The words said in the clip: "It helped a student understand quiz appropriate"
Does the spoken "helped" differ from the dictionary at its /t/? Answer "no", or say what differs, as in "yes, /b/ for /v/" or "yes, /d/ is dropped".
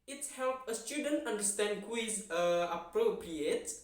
yes, /t/ is dropped